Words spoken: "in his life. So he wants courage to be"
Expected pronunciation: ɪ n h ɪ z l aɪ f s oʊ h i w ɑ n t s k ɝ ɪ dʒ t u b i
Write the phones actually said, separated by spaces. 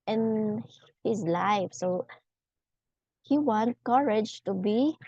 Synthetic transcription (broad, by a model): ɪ n h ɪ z l aɪ f s oʊ h i w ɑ n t k ɝ ɪ dʒ t u b i